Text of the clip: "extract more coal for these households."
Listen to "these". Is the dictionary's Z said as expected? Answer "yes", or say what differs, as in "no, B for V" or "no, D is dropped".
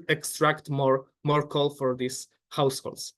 no, S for Z